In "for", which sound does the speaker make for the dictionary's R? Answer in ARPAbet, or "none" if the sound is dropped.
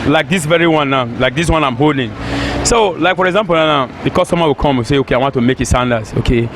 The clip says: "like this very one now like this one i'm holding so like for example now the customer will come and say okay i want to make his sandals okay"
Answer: R